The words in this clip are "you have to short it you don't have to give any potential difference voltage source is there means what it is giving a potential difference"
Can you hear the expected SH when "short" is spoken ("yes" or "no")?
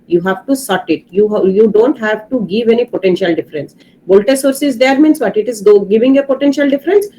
no